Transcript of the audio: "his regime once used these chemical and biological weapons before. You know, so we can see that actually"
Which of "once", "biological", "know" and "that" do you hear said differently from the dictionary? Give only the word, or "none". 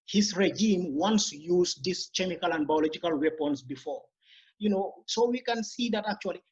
none